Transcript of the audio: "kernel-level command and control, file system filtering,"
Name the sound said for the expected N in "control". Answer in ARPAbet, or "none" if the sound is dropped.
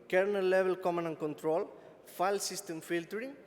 N